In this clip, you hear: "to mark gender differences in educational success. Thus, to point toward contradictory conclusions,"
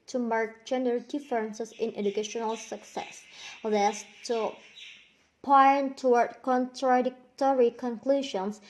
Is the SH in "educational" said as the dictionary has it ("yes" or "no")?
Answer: yes